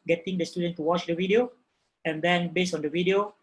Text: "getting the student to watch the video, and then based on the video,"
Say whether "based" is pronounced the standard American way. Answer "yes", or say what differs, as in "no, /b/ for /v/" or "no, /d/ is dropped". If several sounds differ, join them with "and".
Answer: no, /t/ is dropped